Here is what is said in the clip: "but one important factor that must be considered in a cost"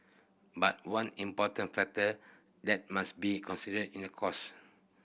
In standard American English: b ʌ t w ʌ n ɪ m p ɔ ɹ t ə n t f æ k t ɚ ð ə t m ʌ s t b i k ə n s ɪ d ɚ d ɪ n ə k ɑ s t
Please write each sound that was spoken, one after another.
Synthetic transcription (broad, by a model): b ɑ t w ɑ n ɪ m p ɔ t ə n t f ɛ k t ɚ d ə t m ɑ s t b i k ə n s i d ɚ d ɪ n ə k ɑ s